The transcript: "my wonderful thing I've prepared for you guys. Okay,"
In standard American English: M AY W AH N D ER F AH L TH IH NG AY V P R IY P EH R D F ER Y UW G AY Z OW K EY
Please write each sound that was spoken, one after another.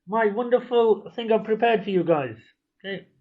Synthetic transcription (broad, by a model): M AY W AH N D ER F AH L TH IH NG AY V P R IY P EH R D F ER Y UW G AY Z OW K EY